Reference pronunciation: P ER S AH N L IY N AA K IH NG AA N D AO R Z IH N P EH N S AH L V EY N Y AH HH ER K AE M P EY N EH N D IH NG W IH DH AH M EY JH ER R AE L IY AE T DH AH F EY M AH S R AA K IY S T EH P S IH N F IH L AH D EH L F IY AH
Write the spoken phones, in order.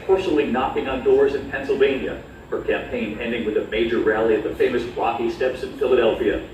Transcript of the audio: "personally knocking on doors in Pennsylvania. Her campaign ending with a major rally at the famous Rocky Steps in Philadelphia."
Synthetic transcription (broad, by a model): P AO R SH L IY N AA K IH NG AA N D AO R Z IH N P EH N S L V EY N Y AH HH ER K AE M P EY N EH N D IH NG W IH DH AH M EY JH ER R AE L IY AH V DH AH F EY M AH S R AA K IY S T EH P S IH N F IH L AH D EH L F IY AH